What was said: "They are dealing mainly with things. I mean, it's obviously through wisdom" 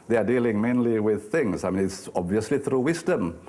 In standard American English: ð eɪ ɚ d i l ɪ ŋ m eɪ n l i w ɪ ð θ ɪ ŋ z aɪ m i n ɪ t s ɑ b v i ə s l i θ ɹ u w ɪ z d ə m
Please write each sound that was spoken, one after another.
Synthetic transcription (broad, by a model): ð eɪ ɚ d i l ɪ ŋ m eɪ n l i w ɪ ð θ ɪ ŋ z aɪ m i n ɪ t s ɑ b v i ə s l i θ ɹ u w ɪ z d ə m